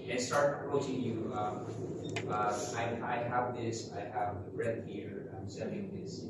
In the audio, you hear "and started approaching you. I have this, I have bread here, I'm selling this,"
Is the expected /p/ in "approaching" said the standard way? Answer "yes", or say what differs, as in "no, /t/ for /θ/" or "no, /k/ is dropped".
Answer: no, /p/ is dropped